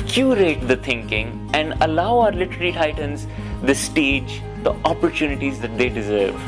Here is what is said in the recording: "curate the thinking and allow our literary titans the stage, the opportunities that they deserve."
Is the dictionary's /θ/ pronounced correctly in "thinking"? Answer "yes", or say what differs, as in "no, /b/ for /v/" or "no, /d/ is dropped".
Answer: no, /t/ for /θ/